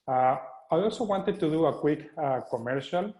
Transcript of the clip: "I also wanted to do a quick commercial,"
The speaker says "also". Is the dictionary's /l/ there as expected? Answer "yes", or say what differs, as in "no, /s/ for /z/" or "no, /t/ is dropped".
yes